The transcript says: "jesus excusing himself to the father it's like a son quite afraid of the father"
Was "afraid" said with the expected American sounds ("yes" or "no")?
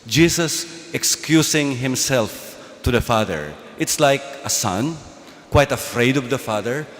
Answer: yes